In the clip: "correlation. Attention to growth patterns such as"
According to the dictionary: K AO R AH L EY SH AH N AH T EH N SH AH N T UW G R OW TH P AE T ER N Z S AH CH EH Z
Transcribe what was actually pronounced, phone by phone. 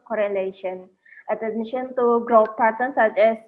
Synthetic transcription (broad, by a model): K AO R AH L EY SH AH N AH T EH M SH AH N T UW G R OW F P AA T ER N S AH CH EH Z